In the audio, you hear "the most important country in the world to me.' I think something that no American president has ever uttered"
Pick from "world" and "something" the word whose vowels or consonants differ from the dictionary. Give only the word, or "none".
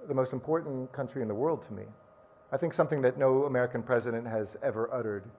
none